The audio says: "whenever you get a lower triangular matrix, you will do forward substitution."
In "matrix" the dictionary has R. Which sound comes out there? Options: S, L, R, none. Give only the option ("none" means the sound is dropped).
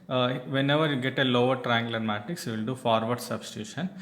none